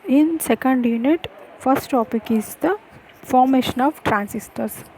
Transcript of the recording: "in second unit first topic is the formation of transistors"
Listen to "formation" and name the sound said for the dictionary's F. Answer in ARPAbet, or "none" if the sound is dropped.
F